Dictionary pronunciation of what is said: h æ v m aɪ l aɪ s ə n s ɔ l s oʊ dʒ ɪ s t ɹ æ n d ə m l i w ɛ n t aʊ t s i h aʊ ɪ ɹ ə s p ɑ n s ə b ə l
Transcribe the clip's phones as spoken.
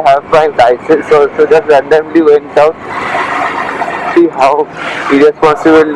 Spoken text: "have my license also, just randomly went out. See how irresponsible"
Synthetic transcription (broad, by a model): h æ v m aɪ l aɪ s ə s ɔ s oʊ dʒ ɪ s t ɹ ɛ n d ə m l i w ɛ n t aʊ t s i h aʊ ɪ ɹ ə s p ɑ n s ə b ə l